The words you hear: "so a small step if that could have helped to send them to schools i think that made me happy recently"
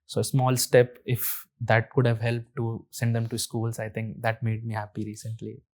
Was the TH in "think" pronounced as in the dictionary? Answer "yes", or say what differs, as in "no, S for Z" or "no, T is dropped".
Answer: no, T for TH